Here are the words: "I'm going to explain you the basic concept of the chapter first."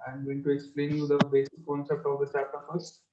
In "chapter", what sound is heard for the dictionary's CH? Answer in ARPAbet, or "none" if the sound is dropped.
S